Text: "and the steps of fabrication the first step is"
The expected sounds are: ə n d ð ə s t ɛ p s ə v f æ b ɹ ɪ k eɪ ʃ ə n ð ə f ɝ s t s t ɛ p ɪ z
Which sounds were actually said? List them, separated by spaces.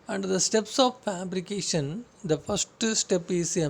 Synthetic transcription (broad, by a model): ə n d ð ə s t ɛ p s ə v f æ b ɹ ɪ k eɪ ʃ ə n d ə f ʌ s t s t ɛ p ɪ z